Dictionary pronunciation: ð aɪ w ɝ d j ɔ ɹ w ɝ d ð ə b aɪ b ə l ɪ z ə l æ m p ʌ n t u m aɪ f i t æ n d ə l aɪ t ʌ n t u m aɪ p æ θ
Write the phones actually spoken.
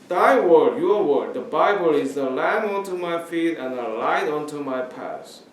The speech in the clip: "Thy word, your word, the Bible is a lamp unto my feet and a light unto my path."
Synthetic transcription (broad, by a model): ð aɪ w ɝ d j ɔ ɹ w ɝ d ð ə b aɪ b ə l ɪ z ə l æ m ʌ n t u m aɪ f i t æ n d ə l aɪ t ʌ n t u m aɪ p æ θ